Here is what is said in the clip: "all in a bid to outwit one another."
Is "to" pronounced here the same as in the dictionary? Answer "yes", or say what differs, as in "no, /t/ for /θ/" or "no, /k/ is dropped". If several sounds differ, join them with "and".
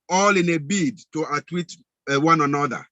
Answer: yes